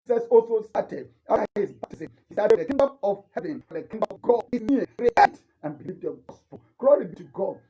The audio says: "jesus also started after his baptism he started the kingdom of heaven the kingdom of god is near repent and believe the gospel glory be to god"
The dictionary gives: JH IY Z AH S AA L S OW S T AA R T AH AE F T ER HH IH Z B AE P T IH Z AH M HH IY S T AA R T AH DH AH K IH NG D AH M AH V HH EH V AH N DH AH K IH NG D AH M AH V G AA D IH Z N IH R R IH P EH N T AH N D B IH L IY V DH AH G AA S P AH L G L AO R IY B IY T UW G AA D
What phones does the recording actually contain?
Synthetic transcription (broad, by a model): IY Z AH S AA L S OW S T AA T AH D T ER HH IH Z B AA T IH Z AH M HH IY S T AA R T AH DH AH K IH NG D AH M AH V HH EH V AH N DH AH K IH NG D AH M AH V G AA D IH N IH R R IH EH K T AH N B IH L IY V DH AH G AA S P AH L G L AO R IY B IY T UW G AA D